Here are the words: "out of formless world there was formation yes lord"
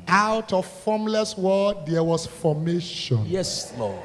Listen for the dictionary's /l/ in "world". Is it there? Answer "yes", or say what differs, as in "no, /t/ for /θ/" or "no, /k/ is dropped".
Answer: no, /l/ is dropped